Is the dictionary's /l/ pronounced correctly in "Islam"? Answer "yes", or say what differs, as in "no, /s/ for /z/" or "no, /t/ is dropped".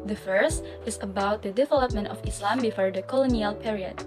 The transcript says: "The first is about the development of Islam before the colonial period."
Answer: yes